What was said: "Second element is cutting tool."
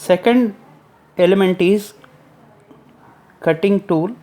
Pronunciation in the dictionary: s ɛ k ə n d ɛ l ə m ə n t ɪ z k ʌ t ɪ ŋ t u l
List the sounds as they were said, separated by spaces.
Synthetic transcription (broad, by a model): s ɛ k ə n d ɛ l ə m ə n t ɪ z k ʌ t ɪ ŋ t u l